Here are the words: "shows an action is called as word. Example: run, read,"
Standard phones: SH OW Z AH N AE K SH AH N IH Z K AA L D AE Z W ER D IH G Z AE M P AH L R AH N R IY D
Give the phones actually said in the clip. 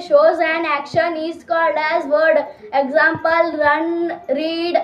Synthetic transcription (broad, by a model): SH OW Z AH N AE K SH AH N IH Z K AA L D AE Z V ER D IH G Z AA M P AH L R AH N R IY D